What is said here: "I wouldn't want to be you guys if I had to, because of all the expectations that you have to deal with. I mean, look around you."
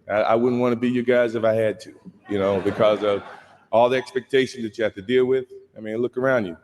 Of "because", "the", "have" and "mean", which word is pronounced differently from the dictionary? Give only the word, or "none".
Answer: have